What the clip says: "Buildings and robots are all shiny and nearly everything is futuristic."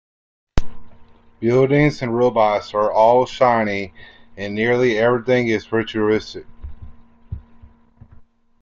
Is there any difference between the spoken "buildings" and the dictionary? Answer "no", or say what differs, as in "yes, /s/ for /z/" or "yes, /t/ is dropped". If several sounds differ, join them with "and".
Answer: no